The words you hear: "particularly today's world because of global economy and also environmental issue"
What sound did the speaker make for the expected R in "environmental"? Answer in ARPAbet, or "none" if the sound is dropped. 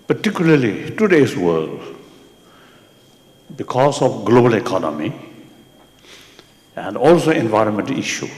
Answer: R